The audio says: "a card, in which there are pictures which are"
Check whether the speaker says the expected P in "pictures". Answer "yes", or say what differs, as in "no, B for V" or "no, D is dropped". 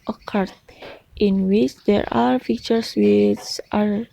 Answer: no, F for P